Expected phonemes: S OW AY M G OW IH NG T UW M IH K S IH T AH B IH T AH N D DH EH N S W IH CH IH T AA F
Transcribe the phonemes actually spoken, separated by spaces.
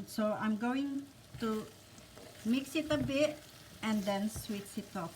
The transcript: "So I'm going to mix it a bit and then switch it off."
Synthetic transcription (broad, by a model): S OW AY M G OW IH NG T UW M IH K S IH T AH B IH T AH N D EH N S W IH S IH T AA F